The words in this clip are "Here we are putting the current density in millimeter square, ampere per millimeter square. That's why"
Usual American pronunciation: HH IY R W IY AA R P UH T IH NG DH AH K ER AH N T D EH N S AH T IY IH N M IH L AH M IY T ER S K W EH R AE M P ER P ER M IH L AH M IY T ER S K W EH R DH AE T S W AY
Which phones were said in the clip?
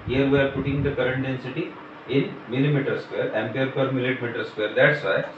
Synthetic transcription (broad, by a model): HH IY R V IY AA R P UH T IH NG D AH K ER AH N T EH N S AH T IY IH N M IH L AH M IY T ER S K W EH R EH M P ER F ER M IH L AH M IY T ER S K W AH R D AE T S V AY